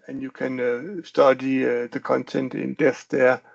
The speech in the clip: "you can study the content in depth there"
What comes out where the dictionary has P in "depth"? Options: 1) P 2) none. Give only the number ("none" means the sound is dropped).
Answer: 2